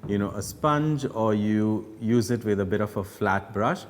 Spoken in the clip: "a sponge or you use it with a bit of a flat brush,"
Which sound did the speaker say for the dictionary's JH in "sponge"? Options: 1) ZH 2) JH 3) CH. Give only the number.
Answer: 2